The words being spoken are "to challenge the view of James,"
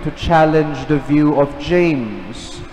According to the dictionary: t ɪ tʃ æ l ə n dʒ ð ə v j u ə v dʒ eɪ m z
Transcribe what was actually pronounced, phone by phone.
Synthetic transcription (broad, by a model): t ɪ tʃ æ l ə n dʒ ð ə v j u ə v dʒ eɪ m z